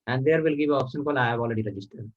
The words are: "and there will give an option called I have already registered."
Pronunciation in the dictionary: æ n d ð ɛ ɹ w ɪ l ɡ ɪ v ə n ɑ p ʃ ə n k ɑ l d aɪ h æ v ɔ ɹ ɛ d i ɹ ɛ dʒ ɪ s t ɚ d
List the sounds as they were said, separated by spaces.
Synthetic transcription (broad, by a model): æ n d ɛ ɹ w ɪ l ɡ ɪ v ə ɑ p ʃ ə n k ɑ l aɪ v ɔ l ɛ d i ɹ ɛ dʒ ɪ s t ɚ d